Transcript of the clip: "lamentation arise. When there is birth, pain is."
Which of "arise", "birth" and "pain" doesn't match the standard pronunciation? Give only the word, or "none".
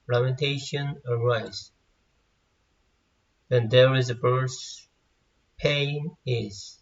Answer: birth